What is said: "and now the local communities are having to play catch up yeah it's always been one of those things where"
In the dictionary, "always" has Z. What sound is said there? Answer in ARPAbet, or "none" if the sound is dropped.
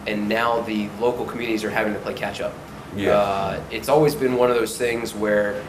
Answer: Z